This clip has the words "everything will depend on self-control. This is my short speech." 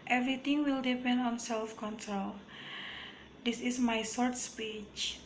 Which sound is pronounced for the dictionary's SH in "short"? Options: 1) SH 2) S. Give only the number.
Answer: 2